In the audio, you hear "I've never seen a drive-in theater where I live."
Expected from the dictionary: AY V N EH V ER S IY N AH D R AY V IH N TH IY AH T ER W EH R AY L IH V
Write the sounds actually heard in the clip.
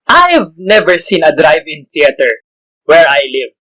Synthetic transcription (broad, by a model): AY V N EH V ER S IY N AH D R AY V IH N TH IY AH T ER W EH R AY L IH V